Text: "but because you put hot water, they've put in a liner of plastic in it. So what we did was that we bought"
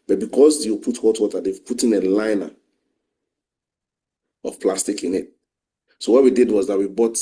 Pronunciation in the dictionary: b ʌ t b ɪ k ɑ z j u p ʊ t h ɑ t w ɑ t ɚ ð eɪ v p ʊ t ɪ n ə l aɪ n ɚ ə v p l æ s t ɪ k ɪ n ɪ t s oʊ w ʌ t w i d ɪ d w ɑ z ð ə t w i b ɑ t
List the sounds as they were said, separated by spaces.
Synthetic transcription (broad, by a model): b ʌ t b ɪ k ɑ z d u p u t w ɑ t w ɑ t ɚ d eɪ w p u t ɪ n ə l aɪ n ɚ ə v p l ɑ s t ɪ k ɪ n ɪ t s oʊ w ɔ t w i d ɪ d w ɑ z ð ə t w i b ɑ t